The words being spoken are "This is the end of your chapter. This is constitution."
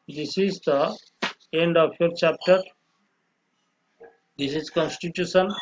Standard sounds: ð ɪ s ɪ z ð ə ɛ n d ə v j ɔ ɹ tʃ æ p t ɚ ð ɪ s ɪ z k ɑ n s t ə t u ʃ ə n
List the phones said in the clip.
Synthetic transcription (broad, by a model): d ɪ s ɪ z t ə ɛ n d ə p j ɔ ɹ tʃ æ p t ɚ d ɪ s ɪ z k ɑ n s t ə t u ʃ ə n